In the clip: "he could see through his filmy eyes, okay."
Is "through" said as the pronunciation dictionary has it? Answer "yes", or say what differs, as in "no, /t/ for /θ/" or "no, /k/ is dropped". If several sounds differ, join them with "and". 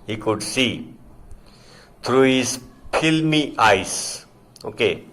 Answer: no, /t/ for /θ/